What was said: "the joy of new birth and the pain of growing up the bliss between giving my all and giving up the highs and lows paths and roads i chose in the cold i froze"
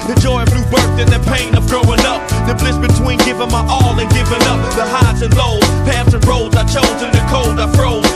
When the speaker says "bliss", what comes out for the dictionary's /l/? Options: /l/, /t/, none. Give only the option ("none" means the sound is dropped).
/l/